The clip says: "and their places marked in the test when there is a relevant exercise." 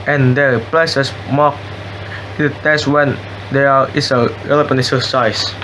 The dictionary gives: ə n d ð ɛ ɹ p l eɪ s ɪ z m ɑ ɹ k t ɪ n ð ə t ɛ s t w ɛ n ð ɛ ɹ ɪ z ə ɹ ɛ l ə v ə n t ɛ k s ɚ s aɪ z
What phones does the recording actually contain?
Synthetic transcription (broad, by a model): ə n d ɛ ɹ p l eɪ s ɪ s m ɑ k ɪ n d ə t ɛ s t w ɛ n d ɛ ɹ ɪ s ə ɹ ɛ l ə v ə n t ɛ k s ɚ s aɪ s